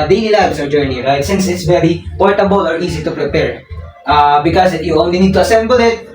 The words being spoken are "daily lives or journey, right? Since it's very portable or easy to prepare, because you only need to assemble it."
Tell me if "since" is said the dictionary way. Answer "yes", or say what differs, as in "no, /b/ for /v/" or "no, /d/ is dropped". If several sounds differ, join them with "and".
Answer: yes